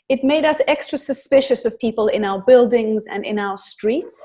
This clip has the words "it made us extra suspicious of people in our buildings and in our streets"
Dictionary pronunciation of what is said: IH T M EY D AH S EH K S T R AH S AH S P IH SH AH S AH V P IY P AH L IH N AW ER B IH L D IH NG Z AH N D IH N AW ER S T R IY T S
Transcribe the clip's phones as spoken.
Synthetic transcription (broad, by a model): IH T M EY D AH S EH K S T R AH S AH S P IH SH AH S AH V P IY P AH L IH N AW ER B IH L D IH NG Z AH N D IH N AW ER S T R IY T S